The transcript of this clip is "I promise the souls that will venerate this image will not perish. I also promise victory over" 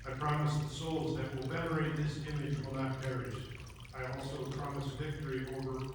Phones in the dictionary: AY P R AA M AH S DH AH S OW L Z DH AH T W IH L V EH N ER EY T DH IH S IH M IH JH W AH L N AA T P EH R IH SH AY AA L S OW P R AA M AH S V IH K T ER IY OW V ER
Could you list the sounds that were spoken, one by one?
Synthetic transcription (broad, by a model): AY P R AA M AH S DH AH S OW L Z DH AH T W IH L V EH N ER EY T DH IH S IH M IH JH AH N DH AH T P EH R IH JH AY AA L S OW P R AA M AH S V IH K T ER IY OW V ER